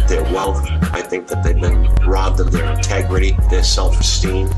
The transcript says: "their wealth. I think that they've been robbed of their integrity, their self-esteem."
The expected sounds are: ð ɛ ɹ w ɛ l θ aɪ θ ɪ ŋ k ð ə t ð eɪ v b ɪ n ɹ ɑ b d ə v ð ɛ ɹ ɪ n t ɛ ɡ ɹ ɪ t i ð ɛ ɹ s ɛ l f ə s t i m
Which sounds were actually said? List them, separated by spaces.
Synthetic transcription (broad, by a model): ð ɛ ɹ w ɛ l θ aɪ θ ɪ ŋ k ð ə t ð eɪ v b ɪ n ɹ ɑ b d ə v ð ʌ ɹ ɪ n t ɛ ɡ ɹ ɪ t i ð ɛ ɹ s ɛ l f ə s t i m